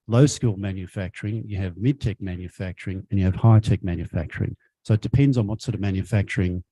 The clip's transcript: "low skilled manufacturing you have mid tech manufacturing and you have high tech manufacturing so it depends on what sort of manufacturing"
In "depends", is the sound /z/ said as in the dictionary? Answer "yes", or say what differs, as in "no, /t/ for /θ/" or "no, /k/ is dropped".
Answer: yes